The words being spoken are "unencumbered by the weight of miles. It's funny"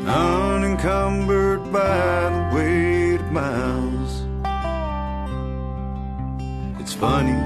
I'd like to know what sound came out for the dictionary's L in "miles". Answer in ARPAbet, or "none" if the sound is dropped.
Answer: N